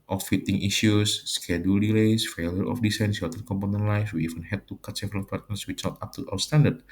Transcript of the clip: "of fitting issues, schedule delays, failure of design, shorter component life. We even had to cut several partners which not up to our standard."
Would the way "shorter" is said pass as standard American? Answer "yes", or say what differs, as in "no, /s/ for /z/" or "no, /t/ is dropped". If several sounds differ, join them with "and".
no, /s/ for /ʃ/